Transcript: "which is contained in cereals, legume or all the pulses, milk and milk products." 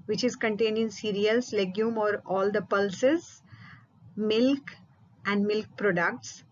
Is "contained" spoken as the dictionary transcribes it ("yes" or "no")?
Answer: no